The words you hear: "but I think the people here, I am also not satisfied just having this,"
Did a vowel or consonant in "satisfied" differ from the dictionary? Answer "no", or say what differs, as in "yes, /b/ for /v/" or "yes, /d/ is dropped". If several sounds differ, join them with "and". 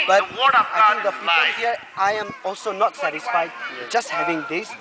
no